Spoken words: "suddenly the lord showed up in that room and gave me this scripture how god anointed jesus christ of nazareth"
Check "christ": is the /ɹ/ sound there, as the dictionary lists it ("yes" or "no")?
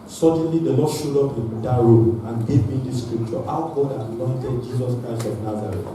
yes